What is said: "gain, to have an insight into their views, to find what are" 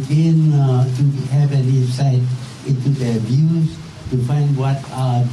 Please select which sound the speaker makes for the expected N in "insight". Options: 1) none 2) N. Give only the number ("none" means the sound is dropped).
1